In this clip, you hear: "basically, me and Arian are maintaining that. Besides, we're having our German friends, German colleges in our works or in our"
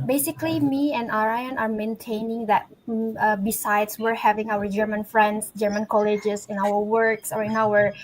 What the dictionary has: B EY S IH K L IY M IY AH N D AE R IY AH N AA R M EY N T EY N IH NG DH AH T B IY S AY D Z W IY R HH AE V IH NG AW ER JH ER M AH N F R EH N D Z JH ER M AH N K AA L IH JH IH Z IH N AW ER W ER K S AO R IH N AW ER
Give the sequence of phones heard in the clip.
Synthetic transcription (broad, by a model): B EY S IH K L IY M IY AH N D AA R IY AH N AA R M EY N T EY N IH NG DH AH T B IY S AY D S W IY R HH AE V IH NG AW ER JH ER M AH N F R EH N D S JH ER M AH N K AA L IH JH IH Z IH N AW ER W ER K S AO R IH N AW ER